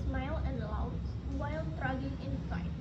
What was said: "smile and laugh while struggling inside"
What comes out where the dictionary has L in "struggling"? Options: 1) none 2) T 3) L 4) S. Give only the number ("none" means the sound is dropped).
1